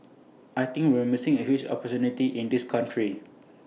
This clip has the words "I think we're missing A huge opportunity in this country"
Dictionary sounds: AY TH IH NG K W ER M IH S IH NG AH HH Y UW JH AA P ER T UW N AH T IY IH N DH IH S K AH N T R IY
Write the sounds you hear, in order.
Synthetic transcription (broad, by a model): AY T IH NG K W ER M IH S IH NG AH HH Y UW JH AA P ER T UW N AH T IY IH N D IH S K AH N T R IY